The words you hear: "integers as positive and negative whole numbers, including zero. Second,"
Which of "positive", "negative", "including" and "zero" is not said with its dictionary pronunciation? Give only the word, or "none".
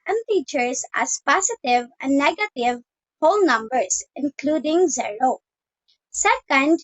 positive